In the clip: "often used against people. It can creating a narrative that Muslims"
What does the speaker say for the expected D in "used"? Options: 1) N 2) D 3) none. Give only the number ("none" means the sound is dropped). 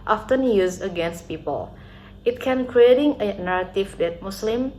3